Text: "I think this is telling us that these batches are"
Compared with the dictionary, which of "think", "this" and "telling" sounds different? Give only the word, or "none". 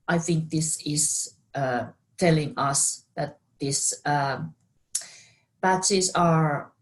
none